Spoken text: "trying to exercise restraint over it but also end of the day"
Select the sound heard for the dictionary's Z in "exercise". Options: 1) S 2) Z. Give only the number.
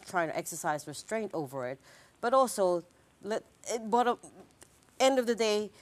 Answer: 2